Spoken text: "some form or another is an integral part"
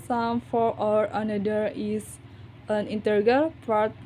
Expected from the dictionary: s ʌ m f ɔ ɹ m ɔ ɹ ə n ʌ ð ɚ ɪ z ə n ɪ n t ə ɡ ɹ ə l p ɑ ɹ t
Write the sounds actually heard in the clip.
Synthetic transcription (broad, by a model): s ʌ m f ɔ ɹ ɔ ɹ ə n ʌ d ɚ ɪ s ə n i n t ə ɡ ə l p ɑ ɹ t